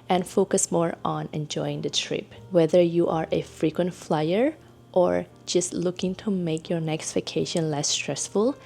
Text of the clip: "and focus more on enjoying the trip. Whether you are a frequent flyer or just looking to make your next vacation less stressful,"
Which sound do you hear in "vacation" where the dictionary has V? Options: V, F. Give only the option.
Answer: F